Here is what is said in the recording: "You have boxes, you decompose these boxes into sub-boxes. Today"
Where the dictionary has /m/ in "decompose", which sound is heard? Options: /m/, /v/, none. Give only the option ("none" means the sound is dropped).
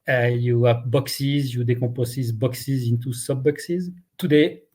none